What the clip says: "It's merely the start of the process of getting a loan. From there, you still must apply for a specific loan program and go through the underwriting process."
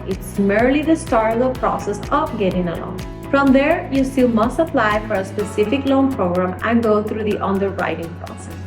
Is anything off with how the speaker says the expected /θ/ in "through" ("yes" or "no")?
yes